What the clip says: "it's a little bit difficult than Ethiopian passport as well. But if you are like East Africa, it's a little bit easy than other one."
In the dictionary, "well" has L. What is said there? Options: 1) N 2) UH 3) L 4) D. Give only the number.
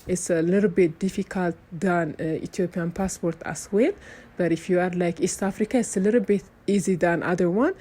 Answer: 1